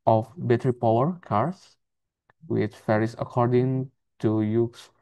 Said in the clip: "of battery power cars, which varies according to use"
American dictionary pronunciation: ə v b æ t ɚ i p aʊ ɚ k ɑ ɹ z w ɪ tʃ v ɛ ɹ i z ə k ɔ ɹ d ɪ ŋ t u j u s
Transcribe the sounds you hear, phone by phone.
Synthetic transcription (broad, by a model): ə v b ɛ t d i p aʊ ɚ k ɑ ɹ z w ɪ tʃ f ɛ ɹ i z ə k ɔ ɹ d ɪ ŋ t u j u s